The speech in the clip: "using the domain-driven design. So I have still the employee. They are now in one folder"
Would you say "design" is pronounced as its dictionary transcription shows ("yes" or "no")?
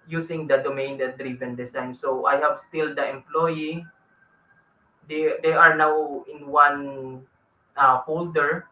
no